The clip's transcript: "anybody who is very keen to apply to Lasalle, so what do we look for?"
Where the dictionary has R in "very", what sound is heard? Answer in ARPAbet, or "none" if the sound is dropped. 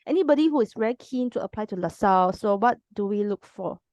none